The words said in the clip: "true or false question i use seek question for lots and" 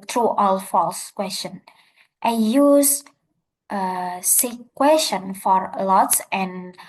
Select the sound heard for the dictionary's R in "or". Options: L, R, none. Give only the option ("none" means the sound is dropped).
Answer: L